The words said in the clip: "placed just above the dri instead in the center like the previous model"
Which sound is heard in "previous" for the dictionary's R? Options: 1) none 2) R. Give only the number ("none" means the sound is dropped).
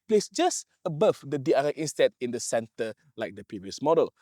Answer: 2